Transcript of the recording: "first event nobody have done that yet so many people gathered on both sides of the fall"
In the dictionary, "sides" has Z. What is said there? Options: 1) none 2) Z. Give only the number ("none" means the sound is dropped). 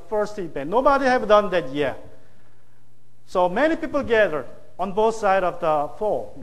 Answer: 1